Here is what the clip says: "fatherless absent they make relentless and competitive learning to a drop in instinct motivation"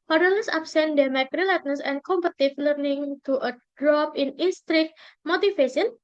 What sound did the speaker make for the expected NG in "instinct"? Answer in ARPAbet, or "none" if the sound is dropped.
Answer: none